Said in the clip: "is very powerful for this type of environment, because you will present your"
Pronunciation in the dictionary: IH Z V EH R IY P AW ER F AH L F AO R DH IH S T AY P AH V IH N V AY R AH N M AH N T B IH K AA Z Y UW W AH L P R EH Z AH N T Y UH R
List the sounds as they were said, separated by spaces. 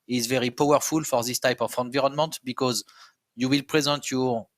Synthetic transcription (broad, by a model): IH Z V EH R IY P AW ER F AH L F AO R DH IH S T AY P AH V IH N V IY R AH N M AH N T B IH K AA Z Y UW W AH L P R EH Z AH N T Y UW